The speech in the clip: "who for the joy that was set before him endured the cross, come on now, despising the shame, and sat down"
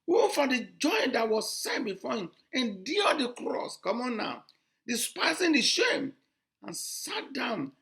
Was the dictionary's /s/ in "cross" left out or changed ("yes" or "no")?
no